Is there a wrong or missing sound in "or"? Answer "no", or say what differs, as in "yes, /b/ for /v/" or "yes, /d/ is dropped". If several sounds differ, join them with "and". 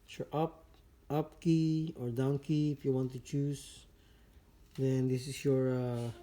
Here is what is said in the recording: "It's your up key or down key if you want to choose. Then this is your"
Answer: no